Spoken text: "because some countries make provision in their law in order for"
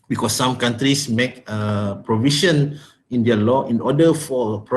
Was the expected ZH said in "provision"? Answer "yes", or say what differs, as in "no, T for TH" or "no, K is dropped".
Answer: no, SH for ZH